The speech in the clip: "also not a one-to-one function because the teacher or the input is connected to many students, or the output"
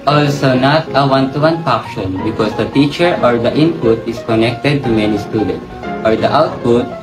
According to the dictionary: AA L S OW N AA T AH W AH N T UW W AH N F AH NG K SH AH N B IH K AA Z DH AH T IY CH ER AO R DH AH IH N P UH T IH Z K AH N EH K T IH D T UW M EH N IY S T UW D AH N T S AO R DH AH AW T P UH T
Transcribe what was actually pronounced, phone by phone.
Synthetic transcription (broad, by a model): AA L S OW N AA T AH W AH N T UW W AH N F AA K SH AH N B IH K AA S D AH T IY CH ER AO R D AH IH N P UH T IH S K AH N EH K T IH D T UW M EH N IY S T UW D AH N T S AO R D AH AW T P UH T